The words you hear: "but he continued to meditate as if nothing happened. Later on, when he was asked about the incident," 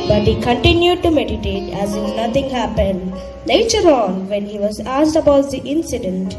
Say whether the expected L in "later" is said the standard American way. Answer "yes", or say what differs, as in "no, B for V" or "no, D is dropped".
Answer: no, N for L